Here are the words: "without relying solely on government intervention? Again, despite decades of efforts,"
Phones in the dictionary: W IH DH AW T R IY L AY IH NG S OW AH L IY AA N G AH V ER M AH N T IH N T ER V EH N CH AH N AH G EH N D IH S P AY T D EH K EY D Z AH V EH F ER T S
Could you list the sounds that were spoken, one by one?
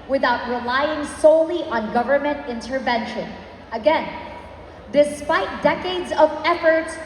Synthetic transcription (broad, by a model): W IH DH AW T R IY L AY IH NG S OW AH L IY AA N G AH V ER M AH N T IH N T ER V EH N SH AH N AH G EH N D IH S P AY T D EH K EY D Z AH V EH F ER T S